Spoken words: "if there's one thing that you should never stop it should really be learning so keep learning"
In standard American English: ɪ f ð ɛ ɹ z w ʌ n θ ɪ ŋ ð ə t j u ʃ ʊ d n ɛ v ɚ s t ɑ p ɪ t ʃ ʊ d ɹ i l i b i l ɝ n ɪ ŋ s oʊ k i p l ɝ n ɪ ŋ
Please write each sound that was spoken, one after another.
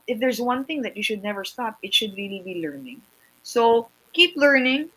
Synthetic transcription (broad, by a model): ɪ f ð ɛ ɹ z w ʌ n θ ɪ ŋ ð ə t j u ʃ ʊ d n ɛ v ɚ s t ɑ p ɪ t ʃ ʊ d ɹ i l i b i l ɝ n ɪ ŋ s oʊ k i p l ɝ n ɪ ŋ